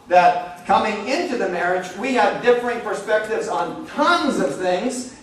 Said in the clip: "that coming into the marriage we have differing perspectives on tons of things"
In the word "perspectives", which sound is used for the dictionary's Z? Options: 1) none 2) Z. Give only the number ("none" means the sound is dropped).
2